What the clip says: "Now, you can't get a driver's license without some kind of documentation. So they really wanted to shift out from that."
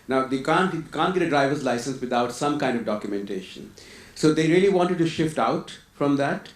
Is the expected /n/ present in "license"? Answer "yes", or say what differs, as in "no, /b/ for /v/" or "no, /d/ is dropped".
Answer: yes